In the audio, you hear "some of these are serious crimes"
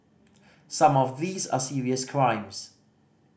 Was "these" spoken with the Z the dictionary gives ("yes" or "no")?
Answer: yes